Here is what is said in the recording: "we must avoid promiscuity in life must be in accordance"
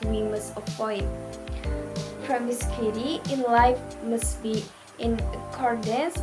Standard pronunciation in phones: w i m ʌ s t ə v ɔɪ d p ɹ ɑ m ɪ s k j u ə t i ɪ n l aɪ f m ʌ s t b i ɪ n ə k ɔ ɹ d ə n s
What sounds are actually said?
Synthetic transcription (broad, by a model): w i m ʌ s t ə f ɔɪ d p ɹ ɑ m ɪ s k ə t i ɪ n l aɪ f m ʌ s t b i ɪ n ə k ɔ ɹ d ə n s